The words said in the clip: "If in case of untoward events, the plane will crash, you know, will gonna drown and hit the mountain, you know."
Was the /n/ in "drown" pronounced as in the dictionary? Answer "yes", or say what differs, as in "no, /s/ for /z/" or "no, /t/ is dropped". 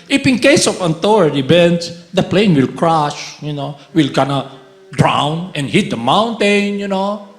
yes